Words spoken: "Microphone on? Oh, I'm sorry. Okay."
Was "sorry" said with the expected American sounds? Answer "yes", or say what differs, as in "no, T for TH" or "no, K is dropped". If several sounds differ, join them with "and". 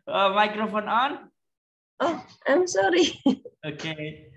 yes